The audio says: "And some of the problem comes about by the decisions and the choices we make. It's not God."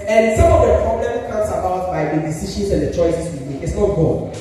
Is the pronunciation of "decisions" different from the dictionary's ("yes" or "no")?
yes